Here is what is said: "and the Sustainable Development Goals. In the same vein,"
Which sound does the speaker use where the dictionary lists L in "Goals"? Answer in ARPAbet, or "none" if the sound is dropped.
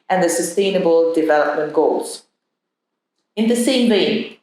L